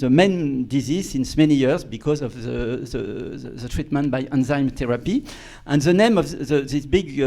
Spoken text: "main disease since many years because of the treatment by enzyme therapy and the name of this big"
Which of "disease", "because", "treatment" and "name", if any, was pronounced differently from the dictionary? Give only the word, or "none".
none